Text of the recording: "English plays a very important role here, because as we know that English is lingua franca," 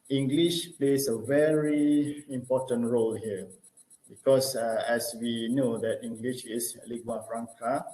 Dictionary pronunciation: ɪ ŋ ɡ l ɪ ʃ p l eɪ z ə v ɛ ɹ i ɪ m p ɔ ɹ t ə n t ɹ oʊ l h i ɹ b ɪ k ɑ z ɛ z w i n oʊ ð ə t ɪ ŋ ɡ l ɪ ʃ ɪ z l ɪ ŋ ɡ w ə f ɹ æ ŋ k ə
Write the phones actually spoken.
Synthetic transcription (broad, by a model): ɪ ŋ ɡ l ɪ ʃ p l eɪ s ə v ɛ ɹ i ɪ m p ɔ t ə n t ɹ oʊ l h i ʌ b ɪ k ɑ s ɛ s w i n oʊ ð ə t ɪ ŋ ɡ l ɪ ʃ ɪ s l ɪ ɡ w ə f ɹ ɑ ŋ k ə